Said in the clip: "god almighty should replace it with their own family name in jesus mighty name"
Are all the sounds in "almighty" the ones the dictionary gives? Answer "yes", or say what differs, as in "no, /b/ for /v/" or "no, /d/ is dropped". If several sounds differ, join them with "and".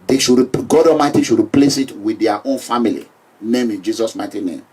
no, /l/ is dropped